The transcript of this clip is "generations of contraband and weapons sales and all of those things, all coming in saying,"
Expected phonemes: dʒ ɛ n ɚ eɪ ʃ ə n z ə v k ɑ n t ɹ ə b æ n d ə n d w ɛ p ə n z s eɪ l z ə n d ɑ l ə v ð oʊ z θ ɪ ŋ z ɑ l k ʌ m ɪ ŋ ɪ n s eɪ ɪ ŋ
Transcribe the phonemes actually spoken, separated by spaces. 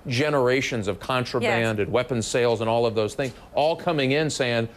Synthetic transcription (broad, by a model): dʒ ɛ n ɚ eɪ ʃ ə n z ə v k ɑ n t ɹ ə b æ n d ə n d w ɛ p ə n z s eɪ l z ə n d ɑ l ə v ð oʊ z θ ɪ ŋ z ɑ l k ʌ m ɪ ŋ ɪ n s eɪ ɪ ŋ